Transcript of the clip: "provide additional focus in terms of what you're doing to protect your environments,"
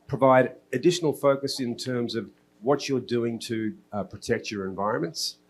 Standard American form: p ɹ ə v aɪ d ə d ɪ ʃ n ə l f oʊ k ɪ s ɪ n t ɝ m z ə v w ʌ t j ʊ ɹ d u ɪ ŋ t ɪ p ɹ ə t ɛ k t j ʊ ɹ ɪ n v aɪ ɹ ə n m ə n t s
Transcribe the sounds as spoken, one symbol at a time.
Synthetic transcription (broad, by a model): p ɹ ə v aɪ d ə d ɪ ʃ n l f oʊ k ɪ s ɪ n t ɝ m z ə v w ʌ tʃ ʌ ɹ d u ɪ ŋ t ɪ p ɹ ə t ɛ k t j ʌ ɹ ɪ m v aɪ ɹ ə n m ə n t s